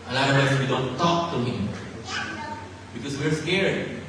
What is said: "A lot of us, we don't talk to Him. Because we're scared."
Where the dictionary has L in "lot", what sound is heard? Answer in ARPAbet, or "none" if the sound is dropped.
N